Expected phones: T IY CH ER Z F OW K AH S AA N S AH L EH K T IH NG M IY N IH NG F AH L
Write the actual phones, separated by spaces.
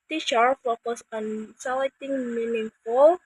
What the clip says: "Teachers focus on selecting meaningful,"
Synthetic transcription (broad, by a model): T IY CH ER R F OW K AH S AA N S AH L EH T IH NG M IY N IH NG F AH L